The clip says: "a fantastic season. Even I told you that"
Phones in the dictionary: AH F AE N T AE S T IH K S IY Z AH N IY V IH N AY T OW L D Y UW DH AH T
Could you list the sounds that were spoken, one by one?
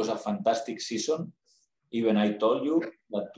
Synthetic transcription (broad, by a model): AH F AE N T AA S T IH K S IY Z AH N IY B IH N AY T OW L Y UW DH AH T